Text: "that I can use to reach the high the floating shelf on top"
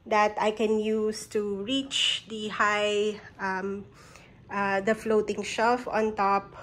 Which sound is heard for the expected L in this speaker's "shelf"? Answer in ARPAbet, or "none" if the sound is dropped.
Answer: none